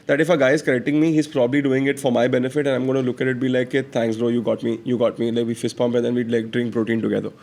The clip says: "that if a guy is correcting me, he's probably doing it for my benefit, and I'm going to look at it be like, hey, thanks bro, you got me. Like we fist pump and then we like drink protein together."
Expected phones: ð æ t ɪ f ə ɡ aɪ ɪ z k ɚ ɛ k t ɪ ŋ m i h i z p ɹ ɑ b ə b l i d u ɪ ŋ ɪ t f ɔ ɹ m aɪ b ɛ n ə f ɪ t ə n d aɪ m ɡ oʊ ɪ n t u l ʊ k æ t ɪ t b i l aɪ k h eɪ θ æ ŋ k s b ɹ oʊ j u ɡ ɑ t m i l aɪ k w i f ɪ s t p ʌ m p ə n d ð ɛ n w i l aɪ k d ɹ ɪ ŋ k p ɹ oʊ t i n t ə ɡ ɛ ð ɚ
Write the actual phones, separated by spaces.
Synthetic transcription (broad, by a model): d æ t ɪ f ə ɡ aɪ ɪ z k ɚ ɛ k t ɪ ŋ m i h i z p ɹ ɑ b ə b l i d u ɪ ŋ ɪ t f ɔ ɹ m aɪ b ɛ n ə f ɪ t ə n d aɪ m ɡ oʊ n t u l ʊ k æ t ɪ t b i l aɪ k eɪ t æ ŋ k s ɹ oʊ j u ɡ ɑ t m i l aɪ k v i f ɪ s p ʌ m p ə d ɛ n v i l aɪ k d ɹ ɪ ŋ k p ɹ oʊ t i n t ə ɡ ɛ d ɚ